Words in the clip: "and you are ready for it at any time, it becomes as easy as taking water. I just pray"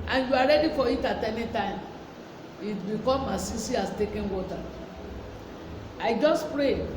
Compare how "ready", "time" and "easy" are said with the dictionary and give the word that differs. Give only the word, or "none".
easy